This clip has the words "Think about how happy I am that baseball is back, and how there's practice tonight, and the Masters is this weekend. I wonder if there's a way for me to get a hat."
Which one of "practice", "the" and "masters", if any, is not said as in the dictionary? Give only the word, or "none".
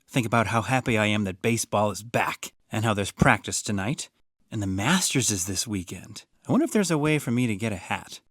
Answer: none